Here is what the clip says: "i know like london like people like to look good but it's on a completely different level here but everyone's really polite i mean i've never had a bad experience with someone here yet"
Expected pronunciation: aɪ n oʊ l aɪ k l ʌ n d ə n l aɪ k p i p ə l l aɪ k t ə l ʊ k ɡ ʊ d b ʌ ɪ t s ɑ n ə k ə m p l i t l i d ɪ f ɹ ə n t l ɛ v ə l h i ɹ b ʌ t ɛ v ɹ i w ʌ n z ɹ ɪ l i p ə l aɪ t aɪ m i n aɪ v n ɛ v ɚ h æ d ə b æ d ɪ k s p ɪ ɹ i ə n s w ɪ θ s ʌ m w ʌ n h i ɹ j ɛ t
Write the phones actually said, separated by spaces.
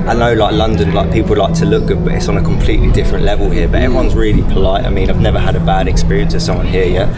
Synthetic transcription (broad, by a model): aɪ n oʊ l aɪ k l ʌ n d ə n l aɪ k p i p ə l l aɪ k t ə l ʊ k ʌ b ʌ ɪ t s n ə k ə m p l i t l i d ɪ f ɹ ə n t l ɛ v ə l h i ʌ b ʌ t ɛ v ɹ i w ʌ n z ɹ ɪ l i p ə l aɪ t aɪ m i n aɪ v n ɛ v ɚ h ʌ d ə b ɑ d ɪ k s p ɪ ɹ i ə n s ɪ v s ʌ m w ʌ n h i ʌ j ɛ t